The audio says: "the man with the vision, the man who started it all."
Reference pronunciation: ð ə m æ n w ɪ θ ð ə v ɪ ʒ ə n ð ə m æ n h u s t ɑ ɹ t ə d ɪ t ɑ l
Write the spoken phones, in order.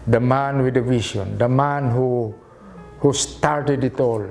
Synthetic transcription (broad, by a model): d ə m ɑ n w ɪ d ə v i s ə n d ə m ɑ n h u s t ɑ ɹ t ə d ɪ t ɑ l